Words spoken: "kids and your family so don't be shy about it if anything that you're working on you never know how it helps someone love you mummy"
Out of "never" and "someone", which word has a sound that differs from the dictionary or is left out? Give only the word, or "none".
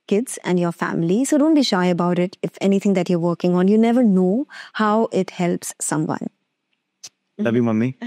none